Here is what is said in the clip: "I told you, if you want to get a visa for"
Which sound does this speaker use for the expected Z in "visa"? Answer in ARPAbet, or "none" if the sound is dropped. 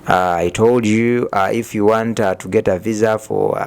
Z